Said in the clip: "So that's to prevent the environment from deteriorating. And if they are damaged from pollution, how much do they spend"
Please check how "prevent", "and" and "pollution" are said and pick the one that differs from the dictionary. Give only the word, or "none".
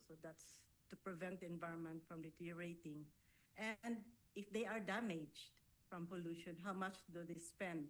none